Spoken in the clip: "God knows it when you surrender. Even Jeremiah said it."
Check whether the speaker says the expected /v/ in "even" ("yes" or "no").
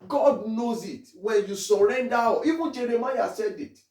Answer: no